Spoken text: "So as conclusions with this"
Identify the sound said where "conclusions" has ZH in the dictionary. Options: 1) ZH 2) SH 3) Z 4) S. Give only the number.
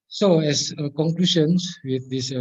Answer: 2